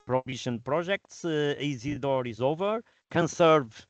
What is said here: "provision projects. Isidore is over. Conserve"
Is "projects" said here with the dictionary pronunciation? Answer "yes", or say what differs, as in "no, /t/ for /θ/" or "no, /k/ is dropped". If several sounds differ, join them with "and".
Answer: no, /ʒ/ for /dʒ/